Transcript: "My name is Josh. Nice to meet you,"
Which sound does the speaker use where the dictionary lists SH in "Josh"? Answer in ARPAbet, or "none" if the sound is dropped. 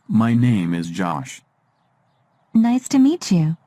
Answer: SH